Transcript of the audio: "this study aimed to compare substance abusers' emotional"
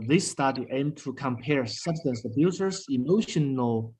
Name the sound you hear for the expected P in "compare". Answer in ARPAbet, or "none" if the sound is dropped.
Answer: P